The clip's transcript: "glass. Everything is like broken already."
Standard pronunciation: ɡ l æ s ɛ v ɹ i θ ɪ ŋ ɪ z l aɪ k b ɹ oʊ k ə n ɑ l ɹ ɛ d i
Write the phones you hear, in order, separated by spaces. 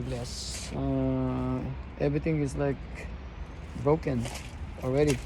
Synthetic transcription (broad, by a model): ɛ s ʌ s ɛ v ɹ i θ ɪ ŋ ɪ z l aɪ k b ɹ oʊ k ə n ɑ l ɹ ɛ d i